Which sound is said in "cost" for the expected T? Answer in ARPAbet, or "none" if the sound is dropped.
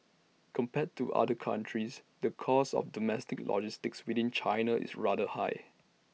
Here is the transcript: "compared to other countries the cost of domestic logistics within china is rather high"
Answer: none